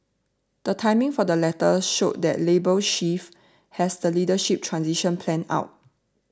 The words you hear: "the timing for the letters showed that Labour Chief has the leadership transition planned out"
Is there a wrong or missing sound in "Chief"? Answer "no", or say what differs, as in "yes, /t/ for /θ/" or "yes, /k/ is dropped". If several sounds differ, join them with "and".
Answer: yes, /ʃ/ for /tʃ/